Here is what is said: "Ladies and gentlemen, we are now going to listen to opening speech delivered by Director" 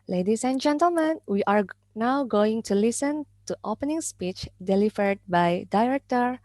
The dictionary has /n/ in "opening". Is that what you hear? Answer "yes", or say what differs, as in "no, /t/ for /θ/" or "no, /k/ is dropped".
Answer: yes